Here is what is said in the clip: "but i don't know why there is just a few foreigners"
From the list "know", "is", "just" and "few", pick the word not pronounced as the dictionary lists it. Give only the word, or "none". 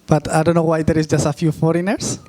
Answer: is